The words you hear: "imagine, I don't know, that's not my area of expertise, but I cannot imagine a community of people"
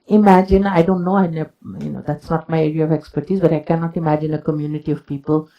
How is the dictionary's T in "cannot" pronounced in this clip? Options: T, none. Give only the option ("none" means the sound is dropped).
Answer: T